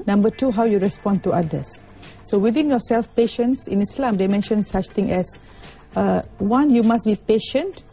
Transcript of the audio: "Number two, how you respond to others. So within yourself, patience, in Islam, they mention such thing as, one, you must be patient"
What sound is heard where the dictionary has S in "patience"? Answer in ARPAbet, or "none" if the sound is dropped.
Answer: S